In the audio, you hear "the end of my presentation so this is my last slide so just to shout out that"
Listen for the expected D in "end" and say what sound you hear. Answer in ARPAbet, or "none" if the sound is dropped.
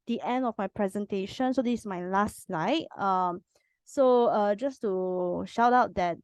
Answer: D